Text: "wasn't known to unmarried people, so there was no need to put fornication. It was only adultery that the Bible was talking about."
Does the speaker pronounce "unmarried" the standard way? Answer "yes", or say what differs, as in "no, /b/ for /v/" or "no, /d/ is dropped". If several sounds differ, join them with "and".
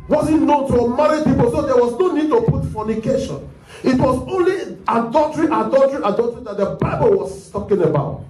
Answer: no, /n/ is dropped